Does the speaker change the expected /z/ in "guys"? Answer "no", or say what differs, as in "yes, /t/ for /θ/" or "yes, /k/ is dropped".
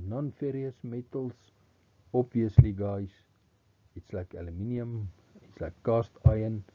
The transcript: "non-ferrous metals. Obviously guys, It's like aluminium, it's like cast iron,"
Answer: yes, /s/ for /z/